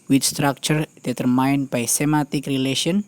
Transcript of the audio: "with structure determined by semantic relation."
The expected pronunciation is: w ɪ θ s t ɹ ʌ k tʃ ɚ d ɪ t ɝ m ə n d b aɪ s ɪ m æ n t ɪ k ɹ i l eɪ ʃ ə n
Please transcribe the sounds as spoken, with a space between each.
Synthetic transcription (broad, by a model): w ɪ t s t ɹ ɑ k tʃ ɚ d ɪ t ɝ m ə n b aɪ s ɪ m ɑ t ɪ k ɹ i l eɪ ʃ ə n